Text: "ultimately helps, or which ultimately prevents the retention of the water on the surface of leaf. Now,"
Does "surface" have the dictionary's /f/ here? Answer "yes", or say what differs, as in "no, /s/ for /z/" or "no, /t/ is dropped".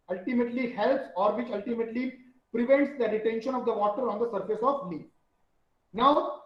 yes